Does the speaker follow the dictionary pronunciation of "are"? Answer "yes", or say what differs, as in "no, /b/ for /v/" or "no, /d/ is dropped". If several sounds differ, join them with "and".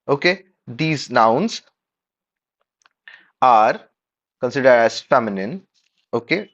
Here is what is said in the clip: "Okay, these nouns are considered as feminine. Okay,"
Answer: yes